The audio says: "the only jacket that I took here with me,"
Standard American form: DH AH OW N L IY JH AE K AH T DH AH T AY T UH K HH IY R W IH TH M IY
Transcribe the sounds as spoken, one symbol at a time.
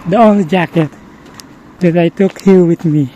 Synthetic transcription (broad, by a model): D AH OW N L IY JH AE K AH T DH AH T AY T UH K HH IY L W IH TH M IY